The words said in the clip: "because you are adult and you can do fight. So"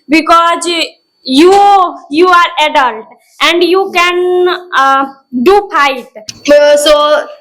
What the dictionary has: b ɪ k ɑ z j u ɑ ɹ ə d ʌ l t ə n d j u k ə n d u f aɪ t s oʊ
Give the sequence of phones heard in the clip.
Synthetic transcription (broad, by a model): b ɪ k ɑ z j u ɑ ɹ ə d ʌ l t ə n d j u k ə n d u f aɪ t s oʊ